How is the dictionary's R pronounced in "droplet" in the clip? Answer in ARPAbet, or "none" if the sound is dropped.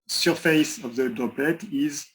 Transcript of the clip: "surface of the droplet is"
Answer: none